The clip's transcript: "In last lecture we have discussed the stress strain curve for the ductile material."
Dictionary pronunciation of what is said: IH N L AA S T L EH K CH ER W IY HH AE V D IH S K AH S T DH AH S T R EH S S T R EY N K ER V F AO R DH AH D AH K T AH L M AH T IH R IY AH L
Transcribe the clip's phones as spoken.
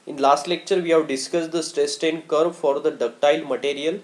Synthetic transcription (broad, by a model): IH N L AA S T L EH K CH ER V IY HH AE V D IH S K AH S T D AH S T R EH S S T EY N K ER B F AO R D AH D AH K T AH L M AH T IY R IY AH L